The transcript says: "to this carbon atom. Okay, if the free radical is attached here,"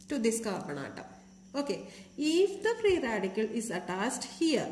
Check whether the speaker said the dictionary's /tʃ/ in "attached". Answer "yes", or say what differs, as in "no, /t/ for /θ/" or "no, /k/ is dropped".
no, /s/ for /tʃ/